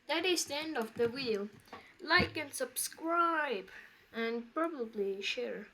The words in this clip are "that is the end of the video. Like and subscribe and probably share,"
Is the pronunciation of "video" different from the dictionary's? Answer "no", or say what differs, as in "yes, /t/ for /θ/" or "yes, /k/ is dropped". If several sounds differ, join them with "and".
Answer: yes, /w/ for /v/